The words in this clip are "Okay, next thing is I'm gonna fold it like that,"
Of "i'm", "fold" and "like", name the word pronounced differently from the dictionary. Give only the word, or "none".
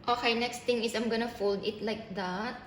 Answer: none